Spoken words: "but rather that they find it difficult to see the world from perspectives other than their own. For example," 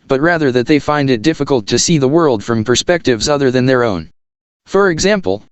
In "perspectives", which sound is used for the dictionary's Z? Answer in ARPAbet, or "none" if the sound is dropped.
Z